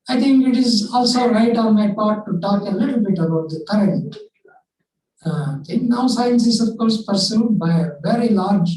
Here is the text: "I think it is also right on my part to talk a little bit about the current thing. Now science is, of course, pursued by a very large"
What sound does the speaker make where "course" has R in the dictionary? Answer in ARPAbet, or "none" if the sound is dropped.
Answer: R